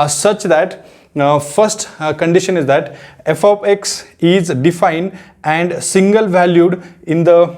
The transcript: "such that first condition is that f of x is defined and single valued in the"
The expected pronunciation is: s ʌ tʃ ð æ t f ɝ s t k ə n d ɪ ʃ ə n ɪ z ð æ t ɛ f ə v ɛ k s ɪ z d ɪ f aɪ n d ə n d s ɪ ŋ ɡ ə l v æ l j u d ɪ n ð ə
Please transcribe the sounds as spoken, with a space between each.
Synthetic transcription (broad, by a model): s ʌ tʃ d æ t f ɝ s t k ə n d ɪ ʃ ə n ɪ z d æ t ɛ f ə p ɛ k s ɪ z d ɪ f aɪ n d ə n d s ɪ ŋ ɡ ə l v æ l j u d ɪ n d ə